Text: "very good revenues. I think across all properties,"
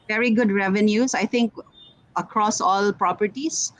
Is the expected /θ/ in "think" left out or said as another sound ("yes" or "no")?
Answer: yes